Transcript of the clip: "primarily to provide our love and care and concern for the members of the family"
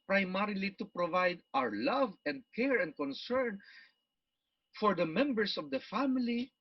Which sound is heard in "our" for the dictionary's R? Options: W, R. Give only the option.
R